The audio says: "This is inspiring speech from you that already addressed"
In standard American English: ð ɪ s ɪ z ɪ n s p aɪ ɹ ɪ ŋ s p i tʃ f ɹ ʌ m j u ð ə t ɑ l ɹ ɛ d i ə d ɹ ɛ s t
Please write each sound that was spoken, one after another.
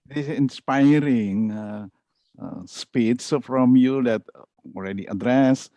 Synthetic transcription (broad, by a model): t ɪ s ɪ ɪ n s p aɪ ɹ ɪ ŋ s p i s f ɹ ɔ m j u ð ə t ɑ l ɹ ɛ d i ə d ɹ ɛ s